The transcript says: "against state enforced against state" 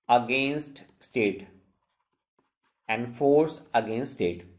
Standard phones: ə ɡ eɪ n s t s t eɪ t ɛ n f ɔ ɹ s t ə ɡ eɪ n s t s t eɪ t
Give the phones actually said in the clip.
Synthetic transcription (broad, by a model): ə ɡ eɪ n s t s t eɪ t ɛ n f ɔ ɹ s ə ɡ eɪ n s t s t eɪ t